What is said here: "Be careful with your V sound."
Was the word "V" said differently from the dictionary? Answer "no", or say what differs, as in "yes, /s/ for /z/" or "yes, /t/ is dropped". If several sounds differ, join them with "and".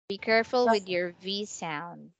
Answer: no